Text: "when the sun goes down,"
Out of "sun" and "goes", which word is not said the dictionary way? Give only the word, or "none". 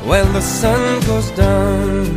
none